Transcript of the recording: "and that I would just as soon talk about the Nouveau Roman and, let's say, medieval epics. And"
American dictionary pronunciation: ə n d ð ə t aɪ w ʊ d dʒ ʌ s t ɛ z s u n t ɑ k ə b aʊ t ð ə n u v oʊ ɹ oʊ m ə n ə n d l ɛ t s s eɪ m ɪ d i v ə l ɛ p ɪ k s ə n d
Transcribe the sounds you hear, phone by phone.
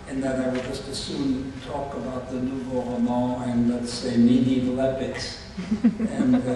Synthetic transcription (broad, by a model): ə n ð ə t aɪ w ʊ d dʒ ʌ s t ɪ s u n t ɑ k ə b aʊ t ð ə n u b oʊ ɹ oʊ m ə ə n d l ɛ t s s eɪ ɪ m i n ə l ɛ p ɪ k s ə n